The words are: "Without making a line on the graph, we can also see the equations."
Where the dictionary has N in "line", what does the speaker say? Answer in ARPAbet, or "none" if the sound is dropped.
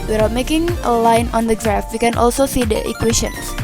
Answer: N